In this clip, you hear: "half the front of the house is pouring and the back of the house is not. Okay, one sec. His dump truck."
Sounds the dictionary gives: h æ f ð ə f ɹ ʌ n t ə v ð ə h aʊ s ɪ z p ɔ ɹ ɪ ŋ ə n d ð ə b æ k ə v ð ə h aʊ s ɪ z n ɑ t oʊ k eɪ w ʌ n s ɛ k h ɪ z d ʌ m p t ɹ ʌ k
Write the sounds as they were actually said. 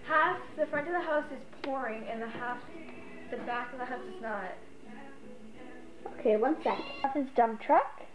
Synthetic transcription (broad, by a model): h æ f ð ə f ɹ ʌ n t ə v ð ə h aʊ s ɪ z p ɔ ɹ ɪ ŋ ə n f ð ə b æ k ə v ð ə h aʊ s ɪ z n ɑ t oʊ k eɪ w ʌ n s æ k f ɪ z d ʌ m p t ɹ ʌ k